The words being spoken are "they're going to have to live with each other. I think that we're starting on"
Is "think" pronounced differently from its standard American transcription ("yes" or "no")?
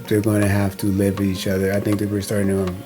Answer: no